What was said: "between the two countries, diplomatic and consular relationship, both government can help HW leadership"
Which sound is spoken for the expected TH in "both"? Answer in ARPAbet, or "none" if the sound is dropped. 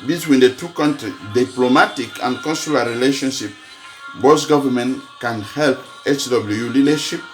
S